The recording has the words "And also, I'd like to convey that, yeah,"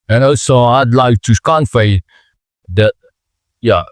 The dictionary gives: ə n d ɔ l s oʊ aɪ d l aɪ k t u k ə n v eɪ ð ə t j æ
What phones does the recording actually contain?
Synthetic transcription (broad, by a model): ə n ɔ s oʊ aɪ d l aɪ k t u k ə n f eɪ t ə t j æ